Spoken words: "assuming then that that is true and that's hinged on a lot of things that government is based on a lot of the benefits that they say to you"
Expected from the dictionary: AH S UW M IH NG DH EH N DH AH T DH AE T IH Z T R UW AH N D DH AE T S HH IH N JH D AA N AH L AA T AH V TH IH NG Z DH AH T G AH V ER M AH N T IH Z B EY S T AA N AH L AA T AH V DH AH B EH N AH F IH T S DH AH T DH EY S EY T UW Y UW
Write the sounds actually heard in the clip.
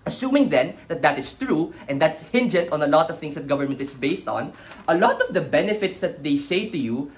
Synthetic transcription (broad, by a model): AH S UW M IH NG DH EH N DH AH T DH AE T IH S T R UW AH N D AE T S HH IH N JH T AA N AH L AA T AH V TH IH NG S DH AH T G AH V ER M AH N T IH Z B EY S T AA N AH L AA T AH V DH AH B EH N AH F IH T S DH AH T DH EY S EY T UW Y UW